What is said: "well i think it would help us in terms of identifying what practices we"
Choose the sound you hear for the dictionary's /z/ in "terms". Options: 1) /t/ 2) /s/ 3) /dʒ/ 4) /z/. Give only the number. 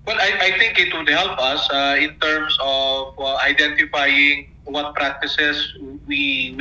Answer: 2